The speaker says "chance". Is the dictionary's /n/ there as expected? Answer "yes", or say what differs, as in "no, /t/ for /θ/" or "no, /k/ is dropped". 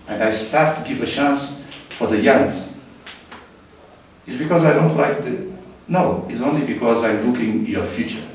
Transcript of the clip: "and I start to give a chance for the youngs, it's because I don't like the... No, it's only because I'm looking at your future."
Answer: yes